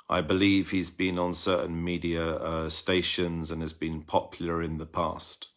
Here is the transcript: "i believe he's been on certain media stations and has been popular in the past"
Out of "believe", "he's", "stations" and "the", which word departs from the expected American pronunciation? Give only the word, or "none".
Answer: none